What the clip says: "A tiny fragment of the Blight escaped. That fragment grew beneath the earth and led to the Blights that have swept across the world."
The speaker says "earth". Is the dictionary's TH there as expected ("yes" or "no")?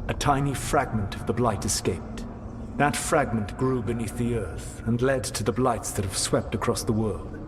yes